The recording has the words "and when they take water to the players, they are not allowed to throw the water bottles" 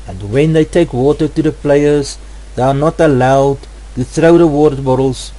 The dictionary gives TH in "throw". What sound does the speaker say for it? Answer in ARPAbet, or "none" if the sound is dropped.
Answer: TH